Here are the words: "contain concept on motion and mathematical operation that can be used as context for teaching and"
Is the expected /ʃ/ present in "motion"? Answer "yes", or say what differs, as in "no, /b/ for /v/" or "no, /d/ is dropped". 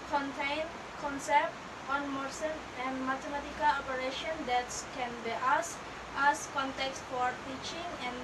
no, /s/ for /ʃ/